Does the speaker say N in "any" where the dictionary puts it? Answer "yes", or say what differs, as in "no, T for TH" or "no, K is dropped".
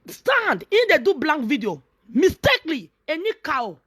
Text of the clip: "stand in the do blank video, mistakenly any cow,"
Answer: yes